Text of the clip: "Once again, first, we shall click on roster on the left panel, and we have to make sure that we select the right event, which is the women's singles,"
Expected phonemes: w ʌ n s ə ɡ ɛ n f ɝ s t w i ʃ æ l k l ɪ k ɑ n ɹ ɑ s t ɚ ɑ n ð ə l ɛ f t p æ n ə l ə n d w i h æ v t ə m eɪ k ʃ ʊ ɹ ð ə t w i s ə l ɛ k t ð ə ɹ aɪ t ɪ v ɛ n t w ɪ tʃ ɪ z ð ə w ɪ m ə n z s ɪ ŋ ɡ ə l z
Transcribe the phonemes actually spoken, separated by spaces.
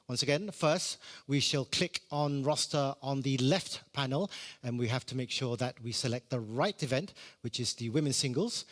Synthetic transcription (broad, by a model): w ʌ n s ə ɡ ɛ n f ɝ s t w i ʃ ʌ l k l ɪ k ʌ n ɹ ɑ s t ɚ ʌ n ð ə l ɛ f t p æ n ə l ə n w i h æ f t ə m eɪ k ʃ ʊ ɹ ð ə t w i s ə l ɛ k t ð ə ɹ aɪ t ɪ v ɛ n t w ɪ tʃ ɪ z ð ə w ɪ m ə n s ɪ ŋ ɡ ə l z